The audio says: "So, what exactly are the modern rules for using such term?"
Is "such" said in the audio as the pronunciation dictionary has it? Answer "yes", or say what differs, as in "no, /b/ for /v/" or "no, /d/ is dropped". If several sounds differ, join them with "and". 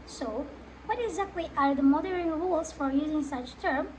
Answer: yes